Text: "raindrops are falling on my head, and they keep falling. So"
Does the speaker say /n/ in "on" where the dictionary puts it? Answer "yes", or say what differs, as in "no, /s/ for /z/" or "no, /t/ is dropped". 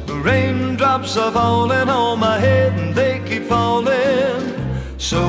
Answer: no, /l/ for /n/